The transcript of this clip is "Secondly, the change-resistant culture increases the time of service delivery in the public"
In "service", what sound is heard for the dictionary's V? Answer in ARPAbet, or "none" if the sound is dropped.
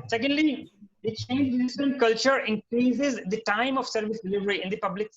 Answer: V